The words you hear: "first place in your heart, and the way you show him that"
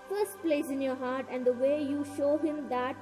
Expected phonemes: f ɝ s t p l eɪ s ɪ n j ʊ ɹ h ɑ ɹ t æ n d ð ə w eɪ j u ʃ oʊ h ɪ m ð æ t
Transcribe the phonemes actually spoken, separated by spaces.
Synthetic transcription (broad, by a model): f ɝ s t p l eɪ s ɪ n j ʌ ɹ h ɑ ɹ t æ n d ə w eɪ j u ʃ oʊ h ɪ m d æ t